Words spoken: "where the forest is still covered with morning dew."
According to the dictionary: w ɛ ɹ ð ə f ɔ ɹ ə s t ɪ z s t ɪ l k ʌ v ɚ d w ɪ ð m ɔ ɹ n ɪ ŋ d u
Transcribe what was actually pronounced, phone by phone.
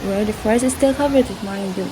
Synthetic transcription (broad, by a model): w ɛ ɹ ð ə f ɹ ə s ɪ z s t ɪ l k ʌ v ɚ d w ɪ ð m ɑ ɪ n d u